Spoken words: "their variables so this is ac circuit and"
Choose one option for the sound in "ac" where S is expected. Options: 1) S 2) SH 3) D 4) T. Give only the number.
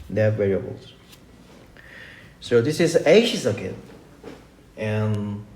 2